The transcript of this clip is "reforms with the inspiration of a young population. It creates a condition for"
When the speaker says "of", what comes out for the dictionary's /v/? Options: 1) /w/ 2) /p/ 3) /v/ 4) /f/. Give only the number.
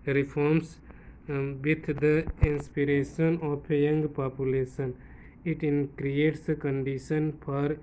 2